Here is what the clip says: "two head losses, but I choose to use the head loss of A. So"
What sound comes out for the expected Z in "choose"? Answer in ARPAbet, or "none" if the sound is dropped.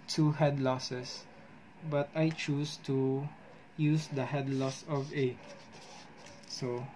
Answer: S